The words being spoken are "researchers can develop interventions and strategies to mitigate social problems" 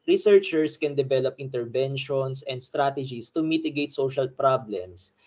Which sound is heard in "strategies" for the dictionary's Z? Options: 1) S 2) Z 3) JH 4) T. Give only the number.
1